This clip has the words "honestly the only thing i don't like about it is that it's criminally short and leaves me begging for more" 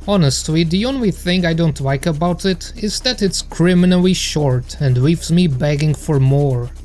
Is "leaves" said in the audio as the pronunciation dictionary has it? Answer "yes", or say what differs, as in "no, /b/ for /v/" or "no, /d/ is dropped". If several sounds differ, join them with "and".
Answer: no, /w/ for /l/